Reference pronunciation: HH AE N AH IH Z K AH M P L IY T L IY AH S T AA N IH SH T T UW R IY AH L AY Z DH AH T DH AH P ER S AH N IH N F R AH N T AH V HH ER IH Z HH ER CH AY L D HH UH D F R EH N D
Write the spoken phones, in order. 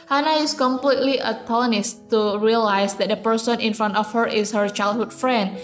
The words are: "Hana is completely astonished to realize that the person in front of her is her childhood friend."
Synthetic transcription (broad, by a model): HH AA N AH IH S K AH M P L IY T L IY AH T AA L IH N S T UW R IY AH L AY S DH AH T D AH P ER S AH N IH N F R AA N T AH F HH ER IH S HH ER CH AY L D HH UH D F R EH N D